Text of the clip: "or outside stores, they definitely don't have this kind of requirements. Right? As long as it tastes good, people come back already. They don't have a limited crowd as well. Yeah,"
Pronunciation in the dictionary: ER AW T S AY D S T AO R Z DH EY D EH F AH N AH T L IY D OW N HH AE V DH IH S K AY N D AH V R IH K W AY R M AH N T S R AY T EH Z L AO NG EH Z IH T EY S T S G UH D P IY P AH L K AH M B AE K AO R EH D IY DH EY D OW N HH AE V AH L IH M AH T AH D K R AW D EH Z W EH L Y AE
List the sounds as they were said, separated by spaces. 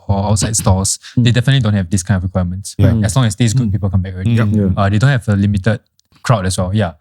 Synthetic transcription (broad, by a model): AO AW T S AY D S T AO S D EY D EH F AH N AH T L IY D OW N HH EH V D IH S K AY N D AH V R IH K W AY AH M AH N T S W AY EH S L AO NG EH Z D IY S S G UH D P IY P AH L K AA M B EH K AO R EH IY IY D EY D OW N HH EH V AH L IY M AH T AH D K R AW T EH S W EH L Y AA